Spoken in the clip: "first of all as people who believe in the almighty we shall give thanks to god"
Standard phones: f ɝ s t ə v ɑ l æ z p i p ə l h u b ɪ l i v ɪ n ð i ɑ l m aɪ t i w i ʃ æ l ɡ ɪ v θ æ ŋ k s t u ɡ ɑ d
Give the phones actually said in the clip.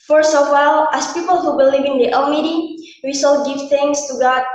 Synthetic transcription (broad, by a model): f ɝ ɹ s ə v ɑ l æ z p i p ə l h u b ɪ l i v ɪ n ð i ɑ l m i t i w i s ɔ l ɡ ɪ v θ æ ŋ s t u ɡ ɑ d